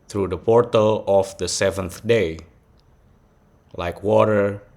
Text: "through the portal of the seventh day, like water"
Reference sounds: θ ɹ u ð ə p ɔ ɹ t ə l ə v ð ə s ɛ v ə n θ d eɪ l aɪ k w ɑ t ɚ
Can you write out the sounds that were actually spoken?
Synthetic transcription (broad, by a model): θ ɹ u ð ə p ɔ ɹ t ə l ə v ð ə s ɛ v ə n θ d eɪ l aɪ k w ɑ t ɚ